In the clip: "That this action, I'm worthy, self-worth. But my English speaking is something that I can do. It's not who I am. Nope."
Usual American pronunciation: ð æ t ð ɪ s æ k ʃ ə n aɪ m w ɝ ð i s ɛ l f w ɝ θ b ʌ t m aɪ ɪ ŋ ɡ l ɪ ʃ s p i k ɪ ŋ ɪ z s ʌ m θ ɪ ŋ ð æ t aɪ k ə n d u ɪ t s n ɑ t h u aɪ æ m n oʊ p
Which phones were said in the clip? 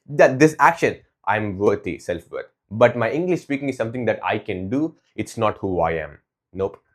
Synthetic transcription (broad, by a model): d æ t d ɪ s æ k ʃ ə n aɪ m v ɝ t i s ɛ l f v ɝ t b ʌ t m aɪ ɪ ŋ ɡ l ɪ ʃ s p i k ɪ ŋ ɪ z s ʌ m t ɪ ŋ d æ t aɪ k ə n d u ɪ t s n ɑ t h u aɪ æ m n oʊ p